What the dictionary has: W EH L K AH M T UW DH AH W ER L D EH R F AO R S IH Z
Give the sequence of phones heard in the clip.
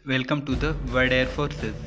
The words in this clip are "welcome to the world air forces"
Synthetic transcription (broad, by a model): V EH L K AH M T UW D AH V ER D EH R F AO R S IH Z